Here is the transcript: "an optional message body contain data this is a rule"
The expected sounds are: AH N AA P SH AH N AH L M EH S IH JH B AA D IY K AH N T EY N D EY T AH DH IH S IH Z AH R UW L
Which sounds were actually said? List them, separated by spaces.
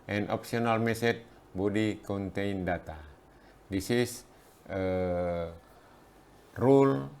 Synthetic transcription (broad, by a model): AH N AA P S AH N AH L M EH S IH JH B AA D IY K AH N T EY N D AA T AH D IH S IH S AH R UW L